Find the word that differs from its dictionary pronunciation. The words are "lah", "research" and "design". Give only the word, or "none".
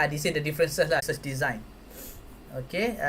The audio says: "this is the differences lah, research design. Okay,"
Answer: research